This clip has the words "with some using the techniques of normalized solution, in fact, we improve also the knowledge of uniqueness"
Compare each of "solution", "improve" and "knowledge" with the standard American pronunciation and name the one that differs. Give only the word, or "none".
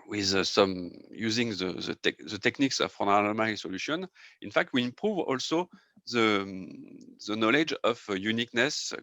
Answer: none